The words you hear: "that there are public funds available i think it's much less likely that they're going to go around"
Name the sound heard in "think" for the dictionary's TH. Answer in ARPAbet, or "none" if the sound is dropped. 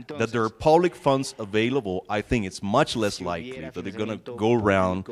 TH